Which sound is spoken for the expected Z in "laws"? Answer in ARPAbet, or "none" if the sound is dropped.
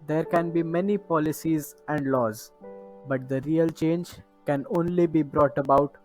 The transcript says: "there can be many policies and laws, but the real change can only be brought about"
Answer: Z